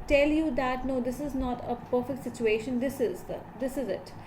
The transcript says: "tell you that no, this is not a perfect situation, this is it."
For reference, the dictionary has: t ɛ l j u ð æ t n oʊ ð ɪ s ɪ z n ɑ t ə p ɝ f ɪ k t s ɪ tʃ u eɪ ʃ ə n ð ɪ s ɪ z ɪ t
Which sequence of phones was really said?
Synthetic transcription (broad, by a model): t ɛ l j u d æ t n oʊ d ɪ s ɪ z n ɑ t ə p ɝ f ɪ k t s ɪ tʃ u eɪ ʃ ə n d ɪ s ɪ z ɪ t